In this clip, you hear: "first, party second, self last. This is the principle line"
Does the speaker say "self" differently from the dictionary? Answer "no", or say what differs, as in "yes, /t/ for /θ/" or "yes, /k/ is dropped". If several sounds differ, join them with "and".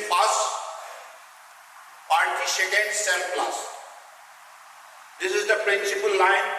yes, /p/ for /f/